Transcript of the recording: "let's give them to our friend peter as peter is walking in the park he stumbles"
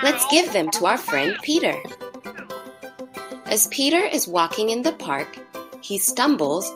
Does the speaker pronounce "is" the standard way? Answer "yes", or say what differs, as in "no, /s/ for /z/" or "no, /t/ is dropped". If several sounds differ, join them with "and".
yes